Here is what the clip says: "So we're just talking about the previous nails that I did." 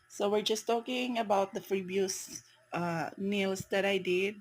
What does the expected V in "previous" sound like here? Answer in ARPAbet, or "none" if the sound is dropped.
B